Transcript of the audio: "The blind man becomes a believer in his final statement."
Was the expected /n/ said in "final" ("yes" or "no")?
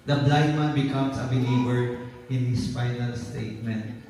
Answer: yes